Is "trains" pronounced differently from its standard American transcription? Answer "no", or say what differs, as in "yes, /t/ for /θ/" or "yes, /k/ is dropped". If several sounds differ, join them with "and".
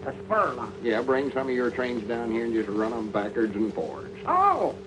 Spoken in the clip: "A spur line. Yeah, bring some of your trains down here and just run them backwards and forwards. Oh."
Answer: no